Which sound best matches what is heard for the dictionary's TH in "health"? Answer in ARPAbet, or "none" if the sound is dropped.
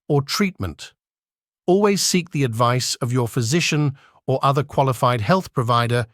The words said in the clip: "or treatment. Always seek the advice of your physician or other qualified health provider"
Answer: TH